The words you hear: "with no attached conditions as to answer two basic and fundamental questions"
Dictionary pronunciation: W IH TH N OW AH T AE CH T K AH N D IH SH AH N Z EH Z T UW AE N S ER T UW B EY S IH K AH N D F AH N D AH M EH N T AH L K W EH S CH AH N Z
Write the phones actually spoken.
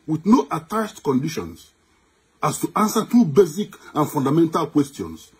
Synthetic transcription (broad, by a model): W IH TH N OW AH T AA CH T K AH N D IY SH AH N S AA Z T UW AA N S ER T UW B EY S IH K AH N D F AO N D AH M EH N T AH L K W EH S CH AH N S